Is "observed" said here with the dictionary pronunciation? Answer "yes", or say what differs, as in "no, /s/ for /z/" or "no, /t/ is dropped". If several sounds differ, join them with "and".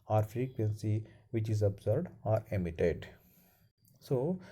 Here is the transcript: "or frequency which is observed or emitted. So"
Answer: no, /v/ is dropped